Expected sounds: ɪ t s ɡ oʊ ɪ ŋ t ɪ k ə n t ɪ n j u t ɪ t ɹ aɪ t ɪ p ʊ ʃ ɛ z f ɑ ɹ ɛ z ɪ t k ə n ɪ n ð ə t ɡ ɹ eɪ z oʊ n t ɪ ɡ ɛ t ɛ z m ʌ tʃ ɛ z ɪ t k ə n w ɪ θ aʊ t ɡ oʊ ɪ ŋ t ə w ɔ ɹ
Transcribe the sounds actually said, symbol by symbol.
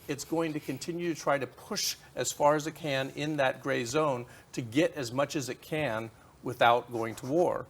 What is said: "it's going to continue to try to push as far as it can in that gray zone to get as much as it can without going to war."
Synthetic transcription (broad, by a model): ɪ t s ɡ oʊ ɪ ŋ t ɪ k ə n t ɪ n j u t ɪ t ɹ aɪ t ɪ p ʊ ʃ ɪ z f ɑ ɹ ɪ z ɪ t k ə n ɪ n ð ə t ɡ ɹ eɪ z oʊ n t ɪ ɡ ɛ t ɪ z m ʌ tʃ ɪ z ɪ t k ə n w ɪ θ aʊ t ɡ oʊ ɪ ŋ t ə w ɔ ɹ